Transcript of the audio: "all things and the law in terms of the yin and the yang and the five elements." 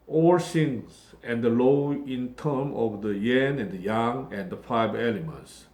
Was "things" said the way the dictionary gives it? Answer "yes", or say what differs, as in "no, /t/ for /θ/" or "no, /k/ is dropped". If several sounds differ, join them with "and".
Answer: no, /s/ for /θ/